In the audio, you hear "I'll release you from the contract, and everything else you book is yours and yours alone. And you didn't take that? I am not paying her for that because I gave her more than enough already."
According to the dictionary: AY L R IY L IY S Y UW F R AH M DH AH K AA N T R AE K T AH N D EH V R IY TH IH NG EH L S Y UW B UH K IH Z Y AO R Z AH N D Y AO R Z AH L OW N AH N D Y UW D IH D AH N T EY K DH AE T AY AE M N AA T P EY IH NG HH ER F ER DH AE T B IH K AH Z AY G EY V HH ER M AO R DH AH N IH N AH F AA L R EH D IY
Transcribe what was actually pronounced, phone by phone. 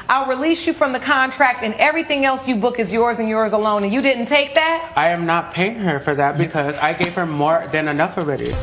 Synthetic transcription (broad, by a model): AY L R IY L IY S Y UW F R AH M DH AH K AA N T R AE K T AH N EH V R IY TH IH NG EH L S Y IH B UH K IH Z Y AO R Z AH N Y AO R Z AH L OW AH N Y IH D IH D N T EY K DH AE T AY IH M N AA T P EY IH NG HH ER F ER DH AE T B IH K AH Z AY G EY V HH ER M AO R DH AH N IH N AH F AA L R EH D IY